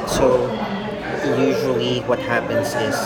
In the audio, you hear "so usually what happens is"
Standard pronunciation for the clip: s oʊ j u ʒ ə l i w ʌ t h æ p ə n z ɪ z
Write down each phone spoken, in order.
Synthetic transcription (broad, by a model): s oʊ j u ʒ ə l i w ʌ t h æ p ə n z ɪ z